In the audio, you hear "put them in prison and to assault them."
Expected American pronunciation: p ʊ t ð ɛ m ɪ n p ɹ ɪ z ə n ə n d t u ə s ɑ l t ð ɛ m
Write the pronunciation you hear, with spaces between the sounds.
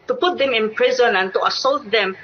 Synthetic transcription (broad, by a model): p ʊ t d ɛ m ɪ n p ɹ ɪ z ə n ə n t u ə s ɑ l t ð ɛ m